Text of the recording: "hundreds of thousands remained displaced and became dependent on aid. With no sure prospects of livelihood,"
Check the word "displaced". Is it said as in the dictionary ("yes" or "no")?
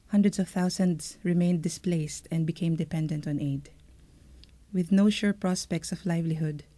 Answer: yes